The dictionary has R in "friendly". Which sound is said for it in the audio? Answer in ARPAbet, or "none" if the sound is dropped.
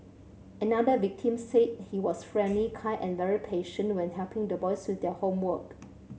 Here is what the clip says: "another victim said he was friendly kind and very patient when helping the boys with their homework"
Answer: R